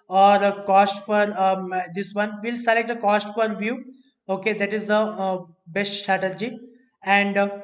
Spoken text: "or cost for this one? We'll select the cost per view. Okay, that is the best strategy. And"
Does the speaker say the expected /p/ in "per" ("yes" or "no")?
no